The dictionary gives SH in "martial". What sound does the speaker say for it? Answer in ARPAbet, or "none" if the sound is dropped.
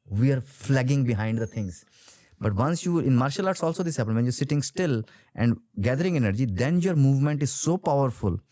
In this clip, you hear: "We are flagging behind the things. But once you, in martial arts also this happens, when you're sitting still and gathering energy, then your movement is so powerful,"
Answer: SH